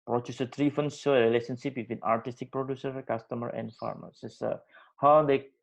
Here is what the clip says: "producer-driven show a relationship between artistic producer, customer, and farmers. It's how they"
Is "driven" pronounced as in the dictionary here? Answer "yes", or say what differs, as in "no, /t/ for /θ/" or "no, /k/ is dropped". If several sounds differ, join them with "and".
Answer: no, /f/ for /v/